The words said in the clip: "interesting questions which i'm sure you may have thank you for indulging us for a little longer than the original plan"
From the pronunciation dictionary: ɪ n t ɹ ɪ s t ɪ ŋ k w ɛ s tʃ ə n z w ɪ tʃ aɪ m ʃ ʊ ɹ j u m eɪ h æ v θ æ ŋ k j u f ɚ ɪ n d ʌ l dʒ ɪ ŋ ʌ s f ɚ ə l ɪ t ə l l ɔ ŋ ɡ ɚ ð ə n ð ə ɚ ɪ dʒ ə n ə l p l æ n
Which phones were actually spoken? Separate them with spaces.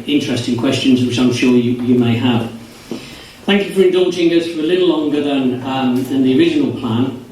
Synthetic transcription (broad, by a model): ɪ n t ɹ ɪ s t ɪ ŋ k w ɛ s tʃ ə n z w ɪ tʃ aɪ m ʃ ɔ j j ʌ m eɪ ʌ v θ æ ŋ k j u f ɚ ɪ n d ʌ l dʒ ɪ ŋ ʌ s f ɚ ə l ɪ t l l ɔ ŋ ɡ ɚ ð ə n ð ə ɚ ɪ dʒ ə n ə l p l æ n